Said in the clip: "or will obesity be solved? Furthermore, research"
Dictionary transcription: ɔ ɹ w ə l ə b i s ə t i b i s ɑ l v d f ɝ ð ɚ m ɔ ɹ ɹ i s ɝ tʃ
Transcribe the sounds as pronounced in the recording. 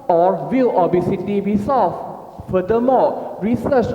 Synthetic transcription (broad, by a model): ɔ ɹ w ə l ə b i s ə t i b i s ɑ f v f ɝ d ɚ m ɔ l ɹ i s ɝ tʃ